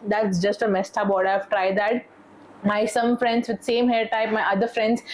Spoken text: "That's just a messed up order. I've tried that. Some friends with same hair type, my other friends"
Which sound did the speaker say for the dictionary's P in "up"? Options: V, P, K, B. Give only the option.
B